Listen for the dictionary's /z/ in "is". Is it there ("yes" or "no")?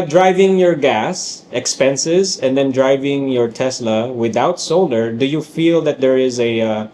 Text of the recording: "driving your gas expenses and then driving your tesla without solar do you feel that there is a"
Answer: yes